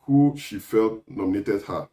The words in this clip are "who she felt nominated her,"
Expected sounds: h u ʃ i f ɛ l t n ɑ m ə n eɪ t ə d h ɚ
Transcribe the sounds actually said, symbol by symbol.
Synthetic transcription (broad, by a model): h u ʃ i f ɛ l t n ɑ m ə n eɪ t ə d h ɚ